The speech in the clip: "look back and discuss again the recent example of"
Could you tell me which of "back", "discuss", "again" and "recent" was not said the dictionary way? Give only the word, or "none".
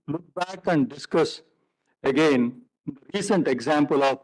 none